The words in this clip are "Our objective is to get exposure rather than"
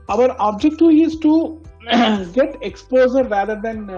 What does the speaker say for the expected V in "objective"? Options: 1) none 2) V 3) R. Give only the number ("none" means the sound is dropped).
1